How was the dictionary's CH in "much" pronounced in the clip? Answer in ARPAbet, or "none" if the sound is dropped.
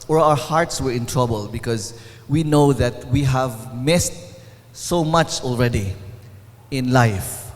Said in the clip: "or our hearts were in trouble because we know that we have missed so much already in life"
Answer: CH